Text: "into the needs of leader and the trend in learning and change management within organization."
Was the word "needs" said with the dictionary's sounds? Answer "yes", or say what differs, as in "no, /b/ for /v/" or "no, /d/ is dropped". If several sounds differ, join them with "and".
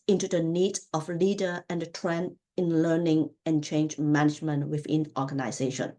no, /z/ is dropped